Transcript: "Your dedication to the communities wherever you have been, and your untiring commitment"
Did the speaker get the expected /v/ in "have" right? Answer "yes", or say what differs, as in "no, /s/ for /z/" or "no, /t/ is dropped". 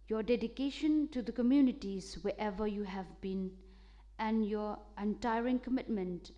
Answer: yes